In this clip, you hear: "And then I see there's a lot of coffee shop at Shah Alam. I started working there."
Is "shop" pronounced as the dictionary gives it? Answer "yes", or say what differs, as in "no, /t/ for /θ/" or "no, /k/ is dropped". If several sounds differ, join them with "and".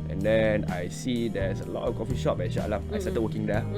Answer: no, /b/ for /p/